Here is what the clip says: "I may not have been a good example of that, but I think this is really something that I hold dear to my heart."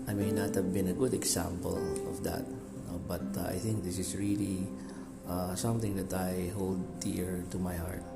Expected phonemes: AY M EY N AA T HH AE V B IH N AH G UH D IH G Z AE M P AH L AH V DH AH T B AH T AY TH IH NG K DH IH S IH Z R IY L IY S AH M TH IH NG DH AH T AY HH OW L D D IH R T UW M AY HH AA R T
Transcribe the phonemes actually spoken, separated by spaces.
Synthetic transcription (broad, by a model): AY M EY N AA T HH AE V B IH N AH G UH D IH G S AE M P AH L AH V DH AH T B AH T AY TH IH NG K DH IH S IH S R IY L IY S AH M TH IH NG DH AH T AY HH OW L D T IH R T UW M AY HH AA R T